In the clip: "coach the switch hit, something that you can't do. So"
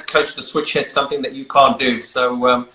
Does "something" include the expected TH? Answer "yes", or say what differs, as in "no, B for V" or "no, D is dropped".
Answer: yes